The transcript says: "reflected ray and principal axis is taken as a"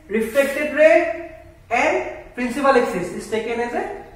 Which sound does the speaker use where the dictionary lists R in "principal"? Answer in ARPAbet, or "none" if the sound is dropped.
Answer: R